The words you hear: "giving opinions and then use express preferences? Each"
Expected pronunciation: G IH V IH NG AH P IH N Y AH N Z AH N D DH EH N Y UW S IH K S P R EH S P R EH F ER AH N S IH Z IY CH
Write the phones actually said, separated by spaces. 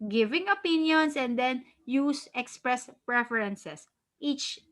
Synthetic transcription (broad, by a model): G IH V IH NG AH P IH N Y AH N S AH N D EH N Y UW S IH K S P R EH S P R EH F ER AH N S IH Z IY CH